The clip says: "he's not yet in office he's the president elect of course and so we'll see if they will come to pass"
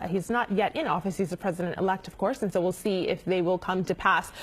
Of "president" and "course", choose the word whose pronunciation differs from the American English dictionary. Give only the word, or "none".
none